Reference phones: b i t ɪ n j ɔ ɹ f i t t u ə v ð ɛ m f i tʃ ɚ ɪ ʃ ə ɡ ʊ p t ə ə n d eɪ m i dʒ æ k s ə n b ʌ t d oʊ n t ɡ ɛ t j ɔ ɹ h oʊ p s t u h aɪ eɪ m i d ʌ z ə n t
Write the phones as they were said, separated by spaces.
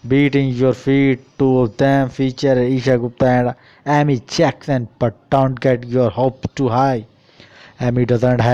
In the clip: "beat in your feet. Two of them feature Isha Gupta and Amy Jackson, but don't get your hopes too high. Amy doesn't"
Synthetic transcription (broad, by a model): b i t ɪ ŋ j ɔ ɹ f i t t u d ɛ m f i tʃ ɚ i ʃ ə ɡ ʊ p t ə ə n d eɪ m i tʃ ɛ k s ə n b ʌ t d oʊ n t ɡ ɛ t j ɔ ɹ h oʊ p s t u h aɪ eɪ m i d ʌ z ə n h